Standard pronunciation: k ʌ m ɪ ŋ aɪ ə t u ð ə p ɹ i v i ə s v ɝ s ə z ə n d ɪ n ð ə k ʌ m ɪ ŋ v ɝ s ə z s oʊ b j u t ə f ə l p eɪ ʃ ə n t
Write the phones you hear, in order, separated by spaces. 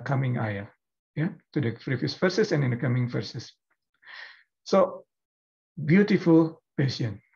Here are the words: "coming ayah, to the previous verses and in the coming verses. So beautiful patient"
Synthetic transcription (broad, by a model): k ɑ m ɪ ŋ aɪ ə t u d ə f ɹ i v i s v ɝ s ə s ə n ɪ n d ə k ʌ m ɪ ŋ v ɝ s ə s s oʊ b j u t ə f ə l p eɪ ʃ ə n